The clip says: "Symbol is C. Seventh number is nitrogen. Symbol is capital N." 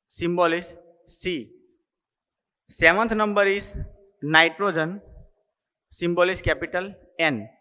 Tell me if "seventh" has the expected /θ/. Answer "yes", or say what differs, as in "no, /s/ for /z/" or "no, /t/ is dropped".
no, /t/ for /θ/